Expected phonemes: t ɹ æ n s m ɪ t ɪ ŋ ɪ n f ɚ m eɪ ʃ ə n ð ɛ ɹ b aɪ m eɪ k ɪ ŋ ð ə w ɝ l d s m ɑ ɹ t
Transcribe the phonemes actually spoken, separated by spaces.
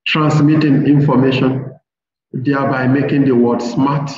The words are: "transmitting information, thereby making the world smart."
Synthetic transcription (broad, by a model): t ɹ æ n s m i t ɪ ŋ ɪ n f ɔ m eɪ ʃ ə n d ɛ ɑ b aɪ m eɪ k ɪ ŋ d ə w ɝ d s m ɑ t